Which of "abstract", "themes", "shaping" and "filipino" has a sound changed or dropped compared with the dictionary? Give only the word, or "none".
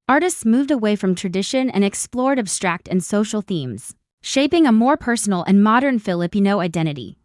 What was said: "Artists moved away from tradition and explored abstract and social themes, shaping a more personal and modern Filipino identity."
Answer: none